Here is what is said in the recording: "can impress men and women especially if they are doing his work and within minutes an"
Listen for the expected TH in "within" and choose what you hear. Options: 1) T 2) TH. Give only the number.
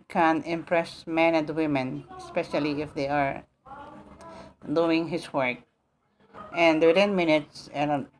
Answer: 1